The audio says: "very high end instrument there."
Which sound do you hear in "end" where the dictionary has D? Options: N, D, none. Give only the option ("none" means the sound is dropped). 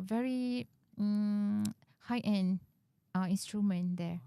none